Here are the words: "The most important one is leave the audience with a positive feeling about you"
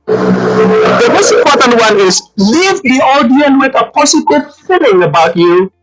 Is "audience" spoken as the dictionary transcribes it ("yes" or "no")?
no